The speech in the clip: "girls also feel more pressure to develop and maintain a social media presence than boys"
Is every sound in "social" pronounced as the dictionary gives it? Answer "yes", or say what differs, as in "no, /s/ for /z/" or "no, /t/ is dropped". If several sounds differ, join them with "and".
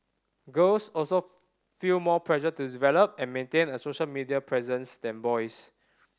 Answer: yes